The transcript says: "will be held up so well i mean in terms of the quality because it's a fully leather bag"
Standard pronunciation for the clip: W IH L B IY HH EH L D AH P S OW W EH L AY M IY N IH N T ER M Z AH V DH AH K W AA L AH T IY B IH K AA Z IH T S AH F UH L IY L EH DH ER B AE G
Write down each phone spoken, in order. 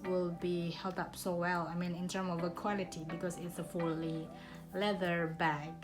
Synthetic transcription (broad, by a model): W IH L B IY HH EH L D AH P S OW W EH L AY M IY N IH N T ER M AH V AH K W AA L AH T IY B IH K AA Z IH T S AH F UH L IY L EH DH ER B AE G